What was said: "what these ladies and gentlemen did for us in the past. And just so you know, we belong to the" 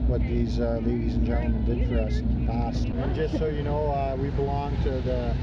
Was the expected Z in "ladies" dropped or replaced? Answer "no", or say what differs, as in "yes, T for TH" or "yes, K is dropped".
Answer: no